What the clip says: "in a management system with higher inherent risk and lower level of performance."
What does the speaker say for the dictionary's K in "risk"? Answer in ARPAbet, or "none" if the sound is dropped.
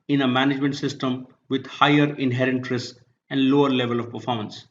none